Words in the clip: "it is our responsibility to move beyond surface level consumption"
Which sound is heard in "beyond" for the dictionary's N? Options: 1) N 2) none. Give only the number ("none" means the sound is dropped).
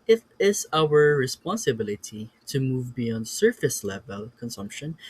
1